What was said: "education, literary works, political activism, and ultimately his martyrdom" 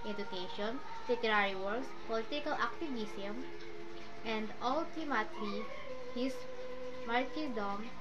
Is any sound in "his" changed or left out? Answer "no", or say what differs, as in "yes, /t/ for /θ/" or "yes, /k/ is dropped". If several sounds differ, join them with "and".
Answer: yes, /s/ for /z/